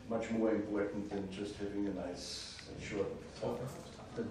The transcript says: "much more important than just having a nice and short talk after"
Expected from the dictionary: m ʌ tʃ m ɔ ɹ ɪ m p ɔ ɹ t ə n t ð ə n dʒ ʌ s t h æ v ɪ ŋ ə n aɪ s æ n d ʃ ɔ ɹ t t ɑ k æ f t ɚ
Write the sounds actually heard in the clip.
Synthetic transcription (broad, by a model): m ʌ tʃ m ɔ ɹ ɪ m p ɔ ɹ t n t ð ə n dʒ ʌ s t h æ v ɪ ŋ ə n aɪ s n ʃ ɔ ɹ t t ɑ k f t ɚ